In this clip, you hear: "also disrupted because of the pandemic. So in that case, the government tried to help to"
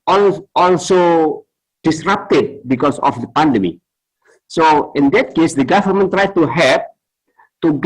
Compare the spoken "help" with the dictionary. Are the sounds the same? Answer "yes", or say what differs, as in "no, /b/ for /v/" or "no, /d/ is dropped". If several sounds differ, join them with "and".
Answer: no, /l/ is dropped